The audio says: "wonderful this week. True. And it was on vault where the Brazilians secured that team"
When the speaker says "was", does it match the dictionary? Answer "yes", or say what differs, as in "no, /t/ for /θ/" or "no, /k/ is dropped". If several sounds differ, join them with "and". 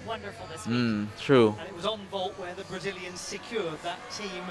yes